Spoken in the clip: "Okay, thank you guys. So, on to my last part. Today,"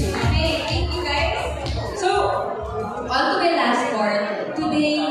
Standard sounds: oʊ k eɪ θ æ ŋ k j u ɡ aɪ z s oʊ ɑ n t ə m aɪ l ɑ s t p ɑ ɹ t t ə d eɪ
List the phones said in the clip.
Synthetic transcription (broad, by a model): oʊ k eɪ t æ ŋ k j u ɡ aɪ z s oʊ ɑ l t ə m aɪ l ɑ s t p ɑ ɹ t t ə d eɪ